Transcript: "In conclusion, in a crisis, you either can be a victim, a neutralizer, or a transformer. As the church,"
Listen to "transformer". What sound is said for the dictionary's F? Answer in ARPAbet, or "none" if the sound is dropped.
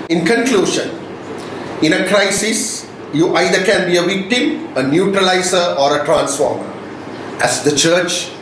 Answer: F